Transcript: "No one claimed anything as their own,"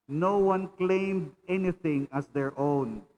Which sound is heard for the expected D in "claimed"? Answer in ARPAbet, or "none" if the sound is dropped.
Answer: D